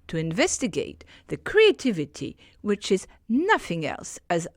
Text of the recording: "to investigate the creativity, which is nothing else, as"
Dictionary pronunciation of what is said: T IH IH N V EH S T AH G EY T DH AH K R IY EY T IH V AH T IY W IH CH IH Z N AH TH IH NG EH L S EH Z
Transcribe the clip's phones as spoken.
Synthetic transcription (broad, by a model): T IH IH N V EH S T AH G EY T DH AH K R IY EY T IH V AH T IY W IH CH IH Z N AH TH IH NG EH L S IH Z